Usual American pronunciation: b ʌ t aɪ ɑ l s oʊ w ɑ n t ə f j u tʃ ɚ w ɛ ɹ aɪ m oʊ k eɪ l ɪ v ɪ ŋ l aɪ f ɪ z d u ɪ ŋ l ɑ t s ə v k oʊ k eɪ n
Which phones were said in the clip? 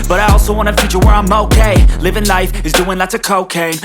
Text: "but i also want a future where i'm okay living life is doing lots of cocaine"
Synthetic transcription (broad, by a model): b ʌ t aɪ ɑ l s oʊ w ɑ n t ə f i tʃ ɚ w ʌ ɹ aɪ m oʊ k eɪ l ɪ v ɪ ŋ l aɪ f ɪ z d u ɪ ŋ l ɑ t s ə k oʊ k eɪ